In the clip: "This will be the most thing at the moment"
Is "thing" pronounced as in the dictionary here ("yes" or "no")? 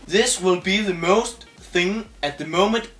yes